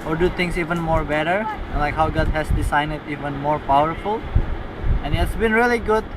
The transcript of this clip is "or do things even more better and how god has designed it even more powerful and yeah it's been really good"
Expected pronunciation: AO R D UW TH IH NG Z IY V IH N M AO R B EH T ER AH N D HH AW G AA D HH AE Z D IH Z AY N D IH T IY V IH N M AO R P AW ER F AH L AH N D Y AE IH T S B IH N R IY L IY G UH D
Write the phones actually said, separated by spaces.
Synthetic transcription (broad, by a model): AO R D UW T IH NG S IY V IH N M AO R B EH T ER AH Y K HH AW G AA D HH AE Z D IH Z AY N IH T IY V IH N M AO R P AW ER F AH L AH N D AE IH T S B IH N R IY L IY G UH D